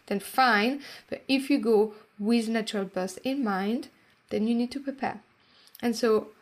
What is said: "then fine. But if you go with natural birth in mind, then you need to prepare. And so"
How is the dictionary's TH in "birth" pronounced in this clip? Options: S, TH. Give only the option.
S